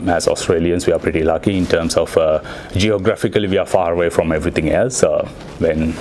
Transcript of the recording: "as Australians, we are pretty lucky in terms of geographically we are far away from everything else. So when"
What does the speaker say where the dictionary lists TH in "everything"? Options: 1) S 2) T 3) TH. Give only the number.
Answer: 2